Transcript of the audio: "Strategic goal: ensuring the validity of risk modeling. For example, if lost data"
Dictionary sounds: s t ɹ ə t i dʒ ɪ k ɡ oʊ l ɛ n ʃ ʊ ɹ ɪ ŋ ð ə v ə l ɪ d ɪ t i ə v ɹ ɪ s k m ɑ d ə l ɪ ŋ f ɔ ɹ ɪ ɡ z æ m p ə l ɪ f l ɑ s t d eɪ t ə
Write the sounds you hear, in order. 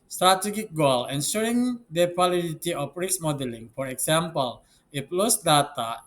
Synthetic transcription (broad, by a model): s t ɹ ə t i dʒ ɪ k ɡ oʊ l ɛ n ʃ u ɹ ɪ ŋ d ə w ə l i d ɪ t i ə f ɹ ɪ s m ɑ d ə l ɪ ŋ f ɔ ɹ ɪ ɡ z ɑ m p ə l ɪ p l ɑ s d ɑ t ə